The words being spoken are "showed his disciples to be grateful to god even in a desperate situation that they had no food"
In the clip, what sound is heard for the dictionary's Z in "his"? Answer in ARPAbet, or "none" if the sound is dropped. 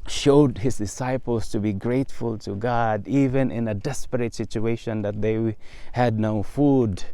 S